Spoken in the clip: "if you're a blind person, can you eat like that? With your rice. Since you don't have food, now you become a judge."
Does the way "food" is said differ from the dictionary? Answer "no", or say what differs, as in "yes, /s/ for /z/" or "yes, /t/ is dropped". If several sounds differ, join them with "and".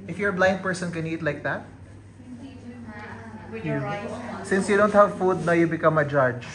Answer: no